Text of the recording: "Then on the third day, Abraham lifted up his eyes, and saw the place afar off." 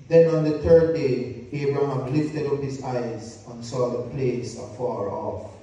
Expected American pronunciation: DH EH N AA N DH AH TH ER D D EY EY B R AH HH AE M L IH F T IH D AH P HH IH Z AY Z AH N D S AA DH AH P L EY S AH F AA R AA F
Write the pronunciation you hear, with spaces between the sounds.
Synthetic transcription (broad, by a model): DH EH N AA N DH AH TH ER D D EY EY B R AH HH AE M L IH F T IH D AH P HH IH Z AY Z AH N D S AA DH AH P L EY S AH F AA R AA F